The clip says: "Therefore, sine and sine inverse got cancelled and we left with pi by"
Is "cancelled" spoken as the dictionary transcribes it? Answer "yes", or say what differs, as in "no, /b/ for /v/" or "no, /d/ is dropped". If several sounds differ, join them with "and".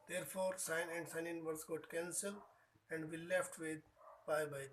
no, /d/ is dropped